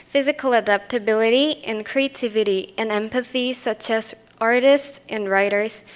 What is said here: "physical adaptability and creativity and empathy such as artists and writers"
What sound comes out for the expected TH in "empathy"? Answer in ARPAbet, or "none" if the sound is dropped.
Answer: TH